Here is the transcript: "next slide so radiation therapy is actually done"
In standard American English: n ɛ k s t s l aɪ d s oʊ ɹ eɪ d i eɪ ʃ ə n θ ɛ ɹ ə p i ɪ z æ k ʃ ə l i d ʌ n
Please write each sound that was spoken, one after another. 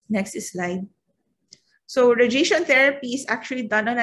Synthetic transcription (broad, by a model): n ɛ k s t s l aɪ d s oʊ ɹ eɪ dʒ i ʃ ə n t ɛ ɹ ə p i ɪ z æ k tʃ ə l i d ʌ n